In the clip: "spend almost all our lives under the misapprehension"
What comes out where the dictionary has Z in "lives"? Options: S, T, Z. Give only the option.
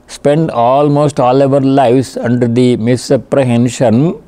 S